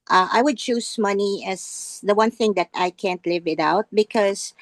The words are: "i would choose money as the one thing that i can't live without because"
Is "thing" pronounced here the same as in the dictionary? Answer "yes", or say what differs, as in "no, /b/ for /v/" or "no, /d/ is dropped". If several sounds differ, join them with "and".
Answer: yes